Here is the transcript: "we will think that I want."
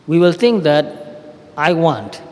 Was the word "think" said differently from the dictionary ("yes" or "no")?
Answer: yes